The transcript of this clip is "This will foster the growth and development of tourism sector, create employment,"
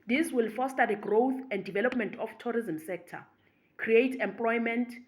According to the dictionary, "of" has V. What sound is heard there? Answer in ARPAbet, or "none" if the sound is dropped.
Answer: F